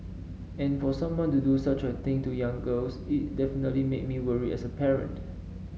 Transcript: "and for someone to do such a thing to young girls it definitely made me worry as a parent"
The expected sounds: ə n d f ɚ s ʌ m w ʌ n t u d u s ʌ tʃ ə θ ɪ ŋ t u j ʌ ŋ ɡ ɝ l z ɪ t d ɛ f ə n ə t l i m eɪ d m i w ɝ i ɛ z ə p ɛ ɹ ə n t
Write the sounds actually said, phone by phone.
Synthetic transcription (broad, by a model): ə n f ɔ s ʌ m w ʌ n t u d u s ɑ tʃ ə t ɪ ŋ t u j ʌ ŋ ɡ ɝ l s ɪ t d ɛ f ə n ə t l i m eɪ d m i w ɝ i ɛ s ə p ɛ ɹ ə n t